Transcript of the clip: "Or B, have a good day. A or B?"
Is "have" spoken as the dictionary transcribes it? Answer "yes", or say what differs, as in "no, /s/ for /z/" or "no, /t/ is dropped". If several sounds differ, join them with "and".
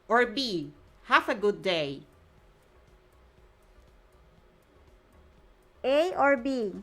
no, /f/ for /v/